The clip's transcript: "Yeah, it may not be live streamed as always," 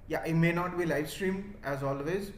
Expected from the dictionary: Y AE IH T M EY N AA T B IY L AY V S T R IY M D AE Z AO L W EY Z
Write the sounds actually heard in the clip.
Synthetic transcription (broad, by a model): Y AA IH T M EY N AA T B IY L AY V S T R IY M AE Z AO L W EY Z